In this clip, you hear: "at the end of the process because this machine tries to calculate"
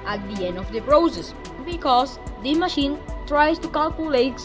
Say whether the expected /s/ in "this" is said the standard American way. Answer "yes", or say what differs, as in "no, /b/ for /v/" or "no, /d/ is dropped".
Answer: no, /s/ is dropped